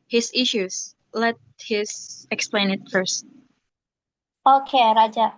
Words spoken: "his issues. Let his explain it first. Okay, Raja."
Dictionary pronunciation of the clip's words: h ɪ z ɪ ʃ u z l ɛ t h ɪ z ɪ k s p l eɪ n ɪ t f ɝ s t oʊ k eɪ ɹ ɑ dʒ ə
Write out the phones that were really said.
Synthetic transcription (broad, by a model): h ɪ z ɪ ʃ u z l ɛ t h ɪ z ɪ k s p l eɪ n ɪ t f ɝ s t oʊ k eɪ ɹ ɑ dʒ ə